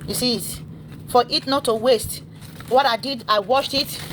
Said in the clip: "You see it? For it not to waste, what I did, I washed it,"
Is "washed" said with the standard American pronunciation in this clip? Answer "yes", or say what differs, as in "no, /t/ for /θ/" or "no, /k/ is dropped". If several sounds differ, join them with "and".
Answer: yes